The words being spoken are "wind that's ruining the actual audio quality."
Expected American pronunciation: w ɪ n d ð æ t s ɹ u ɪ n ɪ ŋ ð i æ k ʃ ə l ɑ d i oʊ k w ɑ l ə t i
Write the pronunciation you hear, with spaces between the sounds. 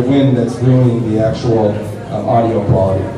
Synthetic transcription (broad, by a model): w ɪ n ð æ t s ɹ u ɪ l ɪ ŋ ð i æ k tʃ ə l ɑ d i oʊ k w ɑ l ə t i